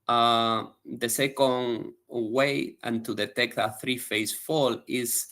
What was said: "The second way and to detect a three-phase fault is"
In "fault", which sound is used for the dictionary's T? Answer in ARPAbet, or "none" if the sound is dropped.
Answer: none